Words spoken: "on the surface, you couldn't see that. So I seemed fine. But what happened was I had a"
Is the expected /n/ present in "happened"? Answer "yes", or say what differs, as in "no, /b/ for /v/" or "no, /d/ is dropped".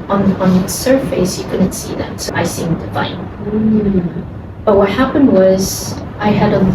yes